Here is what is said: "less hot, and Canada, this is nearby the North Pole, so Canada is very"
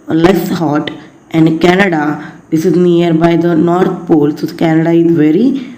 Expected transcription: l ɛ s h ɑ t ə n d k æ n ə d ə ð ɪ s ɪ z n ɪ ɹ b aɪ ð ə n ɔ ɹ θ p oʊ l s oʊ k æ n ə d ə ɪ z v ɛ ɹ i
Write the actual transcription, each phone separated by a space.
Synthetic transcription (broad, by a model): l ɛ s h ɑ t ə n d k æ n ə d ə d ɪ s ɪ z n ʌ ɹ b aɪ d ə n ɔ ɹ t p oʊ l s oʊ k æ n ə d ə ɪ z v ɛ ɹ i